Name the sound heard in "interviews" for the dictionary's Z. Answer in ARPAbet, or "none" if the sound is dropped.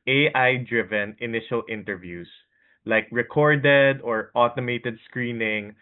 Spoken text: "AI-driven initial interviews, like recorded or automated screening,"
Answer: S